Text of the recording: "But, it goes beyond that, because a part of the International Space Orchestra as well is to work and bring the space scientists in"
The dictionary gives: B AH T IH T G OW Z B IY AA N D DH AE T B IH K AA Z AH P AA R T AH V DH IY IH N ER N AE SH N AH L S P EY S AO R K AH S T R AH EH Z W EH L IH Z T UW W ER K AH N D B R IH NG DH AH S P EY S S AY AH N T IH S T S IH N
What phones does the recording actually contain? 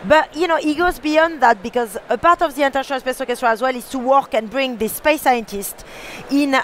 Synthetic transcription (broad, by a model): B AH T IH T G OW Z B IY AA N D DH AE T B IH K AA Z AH P AA R T AH V DH IY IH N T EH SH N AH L S P EY S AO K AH S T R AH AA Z W EH L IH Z T UW W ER K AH N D B R IH NG DH AH S P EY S S AY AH N T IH S T IH N